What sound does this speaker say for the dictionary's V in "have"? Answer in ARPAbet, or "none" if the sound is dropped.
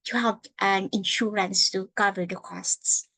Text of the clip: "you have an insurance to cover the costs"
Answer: P